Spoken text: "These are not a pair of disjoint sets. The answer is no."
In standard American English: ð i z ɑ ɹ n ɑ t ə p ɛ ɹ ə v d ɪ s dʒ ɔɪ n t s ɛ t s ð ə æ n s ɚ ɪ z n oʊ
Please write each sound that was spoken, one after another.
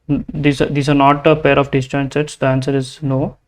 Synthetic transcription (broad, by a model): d i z ɑ ɹ n ɑ t ə p ɛ ɹ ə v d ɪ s tʃ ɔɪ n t s ɛ t s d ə æ n s ɚ ɪ z n oʊ